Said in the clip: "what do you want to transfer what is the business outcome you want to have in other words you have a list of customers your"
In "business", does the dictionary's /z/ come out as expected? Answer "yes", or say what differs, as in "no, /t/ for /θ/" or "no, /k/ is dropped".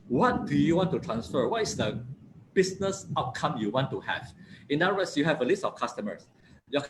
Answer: no, /s/ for /z/